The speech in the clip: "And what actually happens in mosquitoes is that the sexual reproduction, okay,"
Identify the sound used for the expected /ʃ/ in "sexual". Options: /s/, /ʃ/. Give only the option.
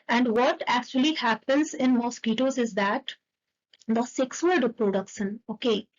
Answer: /s/